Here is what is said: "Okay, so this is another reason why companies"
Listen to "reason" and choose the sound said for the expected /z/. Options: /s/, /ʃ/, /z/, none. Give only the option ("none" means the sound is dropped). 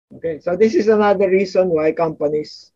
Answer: /s/